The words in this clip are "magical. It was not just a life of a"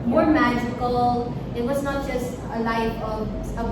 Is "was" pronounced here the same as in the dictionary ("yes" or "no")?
yes